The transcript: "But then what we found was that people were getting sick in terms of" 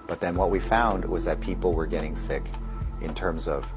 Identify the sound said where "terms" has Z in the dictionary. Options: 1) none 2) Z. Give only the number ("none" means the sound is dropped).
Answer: 2